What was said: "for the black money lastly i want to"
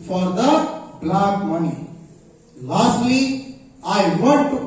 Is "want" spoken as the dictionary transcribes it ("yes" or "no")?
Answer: no